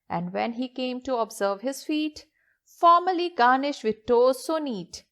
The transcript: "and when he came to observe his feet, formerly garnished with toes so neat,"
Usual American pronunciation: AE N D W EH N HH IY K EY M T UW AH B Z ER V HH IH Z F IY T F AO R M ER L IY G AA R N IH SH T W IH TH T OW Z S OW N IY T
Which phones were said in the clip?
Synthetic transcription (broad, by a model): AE N D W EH N HH IY K EY M T UW AH B Z ER V HH IH Z F IY T F AO R M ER L IY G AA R N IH SH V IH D T OW Z S OW N IY T